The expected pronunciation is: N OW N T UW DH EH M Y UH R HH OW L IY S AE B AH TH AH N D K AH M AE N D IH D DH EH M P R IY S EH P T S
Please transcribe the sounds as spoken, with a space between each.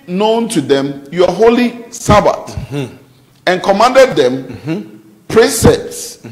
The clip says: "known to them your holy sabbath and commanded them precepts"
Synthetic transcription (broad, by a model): N OW N T UW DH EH M Y HH OW L IY S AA B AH T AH N K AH M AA N D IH D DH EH M P R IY S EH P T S